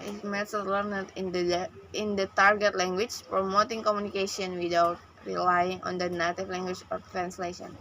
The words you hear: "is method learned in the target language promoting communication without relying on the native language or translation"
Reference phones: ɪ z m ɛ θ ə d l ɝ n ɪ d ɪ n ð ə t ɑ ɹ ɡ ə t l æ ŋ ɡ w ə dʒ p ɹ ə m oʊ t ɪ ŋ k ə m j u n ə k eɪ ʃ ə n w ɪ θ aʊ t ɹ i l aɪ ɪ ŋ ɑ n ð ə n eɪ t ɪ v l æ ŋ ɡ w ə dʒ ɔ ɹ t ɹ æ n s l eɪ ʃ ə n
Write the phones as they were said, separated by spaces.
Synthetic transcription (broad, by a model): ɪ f m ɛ s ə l l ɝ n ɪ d ɪ n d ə t ɑ ɹ ɡ ə t l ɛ ŋ ɡ w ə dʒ p ɹ ə m oʊ t ɪ ŋ k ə m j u n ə k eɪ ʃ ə n w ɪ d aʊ t ɹ i l aɪ ɪ ŋ ɑ n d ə n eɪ t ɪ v l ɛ ŋ ɡ w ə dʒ ɔ ɹ t ɹ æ n s l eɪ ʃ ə n